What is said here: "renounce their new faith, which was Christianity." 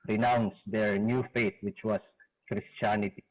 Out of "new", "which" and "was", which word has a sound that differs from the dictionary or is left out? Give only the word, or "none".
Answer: was